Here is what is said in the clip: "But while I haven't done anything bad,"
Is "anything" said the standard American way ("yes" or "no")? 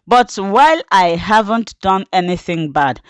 yes